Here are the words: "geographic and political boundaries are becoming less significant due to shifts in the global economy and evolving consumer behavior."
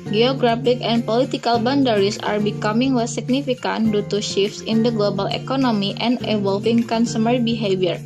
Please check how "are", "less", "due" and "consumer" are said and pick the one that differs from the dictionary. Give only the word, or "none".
less